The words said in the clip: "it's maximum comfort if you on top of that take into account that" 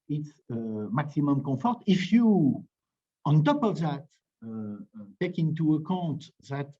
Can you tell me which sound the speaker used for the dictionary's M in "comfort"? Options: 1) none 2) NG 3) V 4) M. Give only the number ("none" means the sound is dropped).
1